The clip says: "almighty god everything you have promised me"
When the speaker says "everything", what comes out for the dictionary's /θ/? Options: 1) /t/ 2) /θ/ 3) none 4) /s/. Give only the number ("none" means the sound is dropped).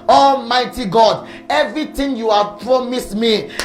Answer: 1